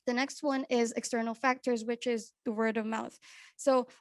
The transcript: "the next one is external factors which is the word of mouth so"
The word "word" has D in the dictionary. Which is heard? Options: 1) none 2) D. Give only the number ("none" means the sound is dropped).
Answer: 2